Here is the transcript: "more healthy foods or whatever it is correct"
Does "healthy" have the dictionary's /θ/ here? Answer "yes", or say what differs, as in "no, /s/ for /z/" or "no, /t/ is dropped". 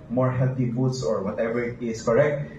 no, /t/ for /θ/